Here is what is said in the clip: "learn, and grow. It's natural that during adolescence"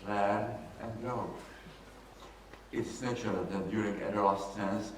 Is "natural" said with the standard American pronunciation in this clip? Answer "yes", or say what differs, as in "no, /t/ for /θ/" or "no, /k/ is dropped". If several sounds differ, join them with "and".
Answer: no, /ɹ/ is dropped